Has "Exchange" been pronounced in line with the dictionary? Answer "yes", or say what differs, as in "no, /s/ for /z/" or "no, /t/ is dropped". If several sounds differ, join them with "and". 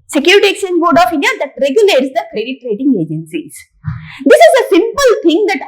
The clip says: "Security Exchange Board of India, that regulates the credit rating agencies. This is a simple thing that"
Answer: no, /tʃ/ is dropped